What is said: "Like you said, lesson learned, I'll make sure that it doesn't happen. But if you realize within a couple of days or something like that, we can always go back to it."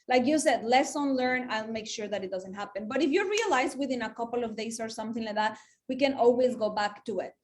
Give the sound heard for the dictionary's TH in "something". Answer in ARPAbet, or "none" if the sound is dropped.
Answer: TH